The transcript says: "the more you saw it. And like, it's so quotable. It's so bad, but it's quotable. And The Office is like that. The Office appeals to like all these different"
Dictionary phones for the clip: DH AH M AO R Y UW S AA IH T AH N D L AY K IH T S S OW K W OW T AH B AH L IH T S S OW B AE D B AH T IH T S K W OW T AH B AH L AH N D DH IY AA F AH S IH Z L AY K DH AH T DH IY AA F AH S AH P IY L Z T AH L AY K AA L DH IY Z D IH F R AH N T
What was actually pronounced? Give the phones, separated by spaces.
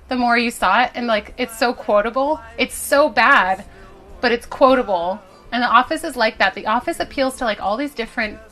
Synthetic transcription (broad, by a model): DH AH M AO R Y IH S AA IH T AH N L AY K IH T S S OW K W OW T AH B L IH T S S OW B AE D B AH T IH T S K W OW T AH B L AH N DH IY AA F AH S IH Z L AY K DH AH T DH IY AA F AH S AH P IY L Z T AH L AY K AA L DH IY Z D IH F R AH N T